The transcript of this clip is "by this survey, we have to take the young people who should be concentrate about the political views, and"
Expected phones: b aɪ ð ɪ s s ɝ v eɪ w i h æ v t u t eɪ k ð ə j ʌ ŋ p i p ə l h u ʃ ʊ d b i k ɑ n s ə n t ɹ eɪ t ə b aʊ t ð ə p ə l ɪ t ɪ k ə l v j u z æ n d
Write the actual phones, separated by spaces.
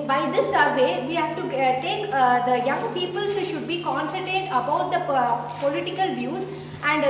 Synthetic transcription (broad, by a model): b aɪ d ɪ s s ɝ v eɪ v i h æ v t u t eɪ k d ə j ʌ ŋ p i p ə l h u ʃ ʊ d b i k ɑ n s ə t eɪ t ə b aʊ t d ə p ə l ɪ t ɪ k ə l v j u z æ n d